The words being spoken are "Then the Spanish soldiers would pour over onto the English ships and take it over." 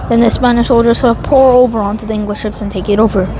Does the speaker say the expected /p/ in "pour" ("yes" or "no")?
yes